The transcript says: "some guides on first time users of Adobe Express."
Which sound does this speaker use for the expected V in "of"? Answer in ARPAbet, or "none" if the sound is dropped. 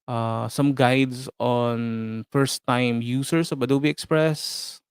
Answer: B